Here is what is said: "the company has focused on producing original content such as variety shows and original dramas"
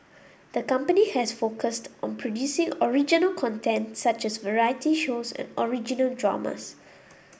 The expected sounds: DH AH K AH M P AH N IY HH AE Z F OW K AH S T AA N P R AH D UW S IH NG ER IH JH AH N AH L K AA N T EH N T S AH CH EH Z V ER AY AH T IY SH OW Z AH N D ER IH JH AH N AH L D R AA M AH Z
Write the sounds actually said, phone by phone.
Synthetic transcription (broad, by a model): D AH K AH M P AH N IY HH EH S F OW K AH S T AA N P R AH D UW S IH NG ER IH JH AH N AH L K AA N T EH N T S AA CH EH S V ER AY AH T IY SH OW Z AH N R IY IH JH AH N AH L D R AA M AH S